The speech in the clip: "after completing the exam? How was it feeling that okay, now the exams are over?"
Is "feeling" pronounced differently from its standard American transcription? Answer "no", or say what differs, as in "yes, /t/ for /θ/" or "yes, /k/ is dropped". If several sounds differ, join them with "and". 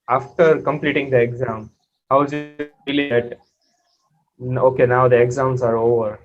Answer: yes, /l/ is dropped